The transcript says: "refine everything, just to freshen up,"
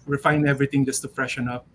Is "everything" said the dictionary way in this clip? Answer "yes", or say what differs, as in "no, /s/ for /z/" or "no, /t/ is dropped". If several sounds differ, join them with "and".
no, /t/ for /θ/